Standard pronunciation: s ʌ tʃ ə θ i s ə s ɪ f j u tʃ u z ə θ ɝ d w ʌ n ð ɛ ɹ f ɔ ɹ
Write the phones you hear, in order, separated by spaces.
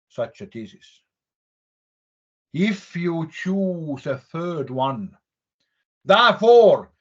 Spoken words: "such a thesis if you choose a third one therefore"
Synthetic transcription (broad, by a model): s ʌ tʃ ə t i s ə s ɪ f j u tʃ u z ə θ ɝ d w ʌ n ð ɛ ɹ f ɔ ɹ